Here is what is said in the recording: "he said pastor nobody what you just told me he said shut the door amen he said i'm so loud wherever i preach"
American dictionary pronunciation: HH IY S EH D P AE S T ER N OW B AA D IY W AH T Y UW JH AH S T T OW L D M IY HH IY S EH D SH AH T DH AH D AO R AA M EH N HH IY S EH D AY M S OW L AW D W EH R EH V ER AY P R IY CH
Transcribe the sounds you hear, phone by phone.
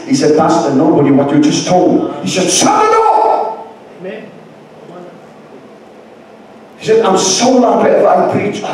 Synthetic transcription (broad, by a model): HH IY S EH D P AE S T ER N OW B AA D IY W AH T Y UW JH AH S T T OW L D HH IY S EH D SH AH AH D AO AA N HH IY S EH D AY M S OW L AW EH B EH F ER AY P R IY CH